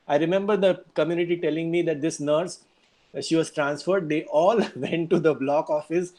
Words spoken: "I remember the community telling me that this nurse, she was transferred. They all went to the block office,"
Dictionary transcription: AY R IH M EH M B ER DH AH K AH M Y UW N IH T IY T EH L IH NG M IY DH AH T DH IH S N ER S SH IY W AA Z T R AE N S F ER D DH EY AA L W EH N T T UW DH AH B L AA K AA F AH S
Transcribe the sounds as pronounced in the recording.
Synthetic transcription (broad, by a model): AY R IH M EH M B ER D AH K AH M Y UW N IH T IY T EH L IH NG M IY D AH T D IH S N ER S SH IY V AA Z T R AE N S F ER D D EY AA L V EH N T T UW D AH B L AA K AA F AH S